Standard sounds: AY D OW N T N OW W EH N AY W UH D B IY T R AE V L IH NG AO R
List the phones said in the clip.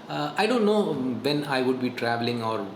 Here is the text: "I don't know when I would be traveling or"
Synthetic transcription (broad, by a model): AY D OW N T N OW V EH N AY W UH D B IY T R AE V L IH NG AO R